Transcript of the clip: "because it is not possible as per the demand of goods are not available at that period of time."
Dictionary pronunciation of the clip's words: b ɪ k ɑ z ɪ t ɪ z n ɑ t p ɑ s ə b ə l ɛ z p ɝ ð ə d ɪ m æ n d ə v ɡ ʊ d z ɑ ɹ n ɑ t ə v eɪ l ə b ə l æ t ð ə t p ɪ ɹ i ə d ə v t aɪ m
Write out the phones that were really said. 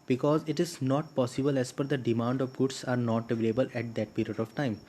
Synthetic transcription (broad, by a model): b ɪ k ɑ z ɪ t ɪ z n ɑ t p ɑ s ə b ə l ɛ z f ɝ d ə d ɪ m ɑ n d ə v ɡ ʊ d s ɑ ɹ n ɑ t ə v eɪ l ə b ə l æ t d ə t p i ɹ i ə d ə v t aɪ m